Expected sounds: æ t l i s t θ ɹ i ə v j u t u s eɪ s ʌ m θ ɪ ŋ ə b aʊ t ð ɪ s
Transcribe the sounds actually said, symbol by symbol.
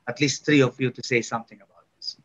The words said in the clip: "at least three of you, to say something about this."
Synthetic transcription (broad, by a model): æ t l i s t t ɹ i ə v j u t u s eɪ s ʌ m t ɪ ŋ ə b aʊ t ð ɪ s